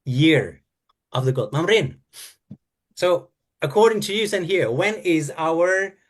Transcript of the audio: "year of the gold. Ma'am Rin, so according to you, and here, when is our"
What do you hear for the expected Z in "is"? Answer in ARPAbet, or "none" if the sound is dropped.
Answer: Z